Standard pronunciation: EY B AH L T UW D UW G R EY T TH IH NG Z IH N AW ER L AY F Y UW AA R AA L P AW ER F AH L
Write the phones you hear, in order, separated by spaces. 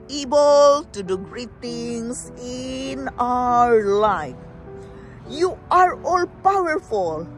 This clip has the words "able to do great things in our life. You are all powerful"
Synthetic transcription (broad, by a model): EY B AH L T UW D UW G R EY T T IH NG S IH N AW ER L AY F Y UW AA R AA L P AW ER F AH L